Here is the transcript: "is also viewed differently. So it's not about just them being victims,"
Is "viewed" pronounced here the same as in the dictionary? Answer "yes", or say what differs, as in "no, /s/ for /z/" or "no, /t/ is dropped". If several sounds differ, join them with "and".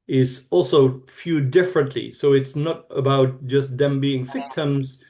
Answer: no, /f/ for /v/